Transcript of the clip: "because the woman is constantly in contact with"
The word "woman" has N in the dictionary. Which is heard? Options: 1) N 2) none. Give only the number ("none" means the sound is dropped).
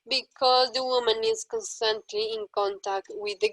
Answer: 1